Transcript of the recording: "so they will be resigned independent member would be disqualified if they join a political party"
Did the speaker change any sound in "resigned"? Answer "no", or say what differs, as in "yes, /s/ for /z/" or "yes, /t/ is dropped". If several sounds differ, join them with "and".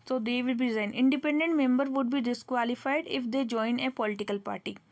yes, /d/ is dropped